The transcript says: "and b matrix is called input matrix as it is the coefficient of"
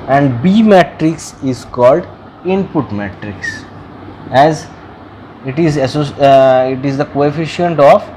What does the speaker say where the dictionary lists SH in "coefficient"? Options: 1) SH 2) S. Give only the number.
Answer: 1